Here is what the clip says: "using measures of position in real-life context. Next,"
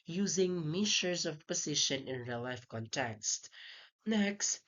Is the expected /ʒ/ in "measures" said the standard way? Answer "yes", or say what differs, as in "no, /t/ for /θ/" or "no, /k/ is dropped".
no, /ʃ/ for /ʒ/